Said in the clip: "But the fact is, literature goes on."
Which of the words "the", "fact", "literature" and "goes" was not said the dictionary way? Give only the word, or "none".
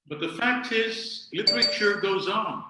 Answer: none